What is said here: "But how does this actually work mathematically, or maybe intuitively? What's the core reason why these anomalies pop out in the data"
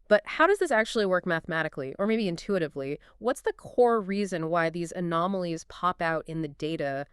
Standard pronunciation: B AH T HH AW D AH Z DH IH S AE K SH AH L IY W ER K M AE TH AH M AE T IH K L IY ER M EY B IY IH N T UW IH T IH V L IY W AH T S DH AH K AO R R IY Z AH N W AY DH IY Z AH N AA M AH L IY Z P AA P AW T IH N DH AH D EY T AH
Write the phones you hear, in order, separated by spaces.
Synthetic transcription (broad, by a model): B AH T HH AW D AH Z DH IH S AE K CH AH L IY W ER K M AE TH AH M AE T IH K L IY ER M EY B IY IH N T UW IH T IH V L IY W AH T S DH AH K AO R R IY Z AH N W AY DH IY Z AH N AA M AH L IY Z P AA P AW T IH N DH AH D EY T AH